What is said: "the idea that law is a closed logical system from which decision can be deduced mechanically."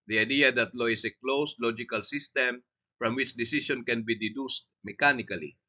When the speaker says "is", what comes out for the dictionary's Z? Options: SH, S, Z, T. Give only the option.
S